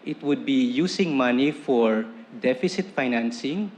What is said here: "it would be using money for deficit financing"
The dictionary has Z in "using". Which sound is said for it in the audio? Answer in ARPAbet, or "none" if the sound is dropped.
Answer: S